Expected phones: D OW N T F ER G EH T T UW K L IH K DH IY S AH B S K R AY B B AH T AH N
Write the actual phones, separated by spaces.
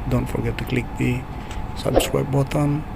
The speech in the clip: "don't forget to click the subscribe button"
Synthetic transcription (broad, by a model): D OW N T F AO G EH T T UW K L IH K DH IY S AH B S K W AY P B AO T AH N